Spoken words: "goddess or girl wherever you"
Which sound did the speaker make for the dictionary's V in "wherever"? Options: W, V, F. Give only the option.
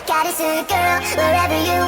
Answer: V